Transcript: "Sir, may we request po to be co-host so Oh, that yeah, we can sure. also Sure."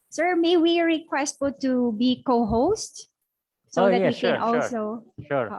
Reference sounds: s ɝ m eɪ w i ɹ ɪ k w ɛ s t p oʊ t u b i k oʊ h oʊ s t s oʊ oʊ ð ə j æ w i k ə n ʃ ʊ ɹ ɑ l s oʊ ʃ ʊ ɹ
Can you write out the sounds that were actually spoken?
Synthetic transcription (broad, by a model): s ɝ m eɪ w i ɹ ɪ k w ɛ s t f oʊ t u b i k oʊ h oʊ s t s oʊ oʊ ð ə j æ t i k ə n ɑ l s oʊ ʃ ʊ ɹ